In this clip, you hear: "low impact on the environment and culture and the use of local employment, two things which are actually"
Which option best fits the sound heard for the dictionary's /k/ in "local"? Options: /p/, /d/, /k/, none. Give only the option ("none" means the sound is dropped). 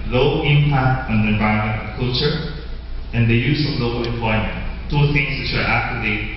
none